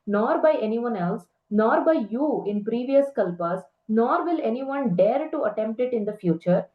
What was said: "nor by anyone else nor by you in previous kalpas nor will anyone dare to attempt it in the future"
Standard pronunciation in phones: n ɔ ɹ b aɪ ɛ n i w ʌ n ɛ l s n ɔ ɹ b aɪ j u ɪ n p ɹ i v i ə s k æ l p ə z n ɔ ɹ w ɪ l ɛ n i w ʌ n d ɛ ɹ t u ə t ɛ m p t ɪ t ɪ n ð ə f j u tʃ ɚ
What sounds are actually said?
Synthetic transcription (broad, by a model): n ɔ ɹ b aɪ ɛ n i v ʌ n ɛ l s n ɔ ɹ b aɪ j u ɪ n p ɹ i v i ə s k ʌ l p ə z n ɔ ɹ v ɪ l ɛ n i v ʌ n d ɛ ɹ t u ə t ɛ m p t ɪ t ɪ n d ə f j u tʃ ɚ